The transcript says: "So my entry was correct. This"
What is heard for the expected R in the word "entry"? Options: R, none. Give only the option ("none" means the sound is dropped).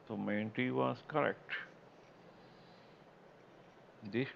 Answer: none